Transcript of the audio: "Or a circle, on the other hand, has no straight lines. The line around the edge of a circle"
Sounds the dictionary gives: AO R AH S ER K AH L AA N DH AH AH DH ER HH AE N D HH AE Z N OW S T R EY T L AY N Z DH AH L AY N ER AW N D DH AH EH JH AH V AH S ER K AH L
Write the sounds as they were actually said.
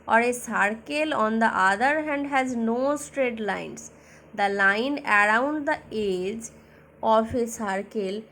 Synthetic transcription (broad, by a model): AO R AH S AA K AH L AA N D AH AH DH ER HH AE N D HH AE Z N OW S T R EY T L AY N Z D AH L AY N ER AW N D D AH EH JH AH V AH S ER K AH L